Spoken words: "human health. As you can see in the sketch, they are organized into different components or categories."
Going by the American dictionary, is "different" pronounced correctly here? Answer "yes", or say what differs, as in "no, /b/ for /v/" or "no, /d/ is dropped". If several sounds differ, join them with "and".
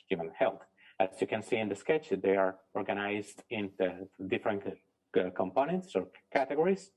yes